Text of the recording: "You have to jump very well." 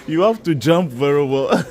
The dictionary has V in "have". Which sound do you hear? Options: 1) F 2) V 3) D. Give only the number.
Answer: 1